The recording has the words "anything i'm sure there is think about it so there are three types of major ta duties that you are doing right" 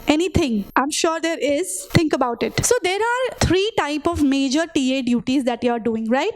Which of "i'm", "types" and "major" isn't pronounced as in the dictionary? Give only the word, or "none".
types